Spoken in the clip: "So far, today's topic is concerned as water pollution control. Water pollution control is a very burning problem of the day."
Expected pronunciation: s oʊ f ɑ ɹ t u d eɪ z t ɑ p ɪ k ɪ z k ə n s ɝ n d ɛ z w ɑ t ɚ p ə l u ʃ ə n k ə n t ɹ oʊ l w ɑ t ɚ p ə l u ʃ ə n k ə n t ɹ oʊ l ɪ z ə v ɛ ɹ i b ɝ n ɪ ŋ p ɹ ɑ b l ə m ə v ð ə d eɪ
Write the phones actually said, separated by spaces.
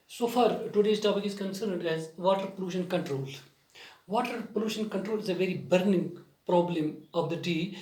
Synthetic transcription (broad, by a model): s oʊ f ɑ ɹ t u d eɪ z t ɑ b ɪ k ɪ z k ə n s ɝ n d ɛ z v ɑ t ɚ p ə l u ʃ ə n k ə n t ɹ oʊ l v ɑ t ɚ p ə l u ʃ ə n k ə n t ɹ oʊ l ɪ z ə v ɛ ɹ i b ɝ n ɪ ŋ p ɹ ɑ b l ə m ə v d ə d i